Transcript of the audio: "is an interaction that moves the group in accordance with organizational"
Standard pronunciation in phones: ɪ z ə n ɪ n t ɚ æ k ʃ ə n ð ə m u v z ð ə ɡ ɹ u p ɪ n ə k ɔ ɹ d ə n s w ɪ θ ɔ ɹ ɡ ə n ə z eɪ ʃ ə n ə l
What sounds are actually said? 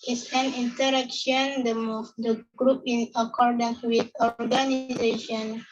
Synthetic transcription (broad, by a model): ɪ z ə n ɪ n t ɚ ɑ k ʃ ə n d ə m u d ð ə ɡ ɹ u p ɪ n ə k ɔ ɹ d ə n s w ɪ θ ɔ ɹ ɡ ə n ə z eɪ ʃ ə n